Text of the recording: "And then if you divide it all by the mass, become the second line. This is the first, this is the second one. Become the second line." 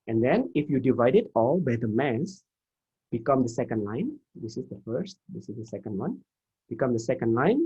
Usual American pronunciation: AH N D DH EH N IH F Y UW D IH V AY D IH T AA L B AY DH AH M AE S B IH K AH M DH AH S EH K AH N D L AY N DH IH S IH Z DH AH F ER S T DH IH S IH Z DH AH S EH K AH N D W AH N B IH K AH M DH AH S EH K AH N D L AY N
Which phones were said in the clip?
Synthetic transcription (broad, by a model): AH N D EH N IH F Y UW D IH V AY D IH T AA L B AY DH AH M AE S B IH K AH M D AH S EH K AH N D L AY N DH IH S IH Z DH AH F ER S T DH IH S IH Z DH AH S EH K AH N D W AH N B IH K AH M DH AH S EH K AH N D L AY N